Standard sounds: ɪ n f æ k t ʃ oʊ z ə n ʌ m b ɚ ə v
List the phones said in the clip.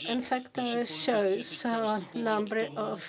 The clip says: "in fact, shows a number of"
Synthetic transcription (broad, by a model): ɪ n f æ k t ʃ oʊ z ə n ʌ m b ɚ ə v